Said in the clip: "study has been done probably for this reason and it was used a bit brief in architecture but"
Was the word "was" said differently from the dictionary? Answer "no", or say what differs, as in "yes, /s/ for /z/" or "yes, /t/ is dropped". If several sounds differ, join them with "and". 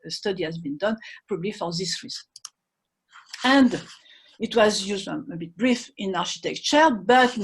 no